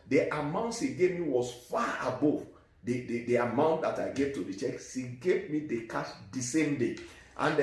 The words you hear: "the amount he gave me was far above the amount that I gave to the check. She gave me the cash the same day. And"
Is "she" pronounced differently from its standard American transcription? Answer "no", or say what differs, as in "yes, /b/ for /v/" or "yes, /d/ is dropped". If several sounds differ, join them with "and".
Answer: yes, /s/ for /ʃ/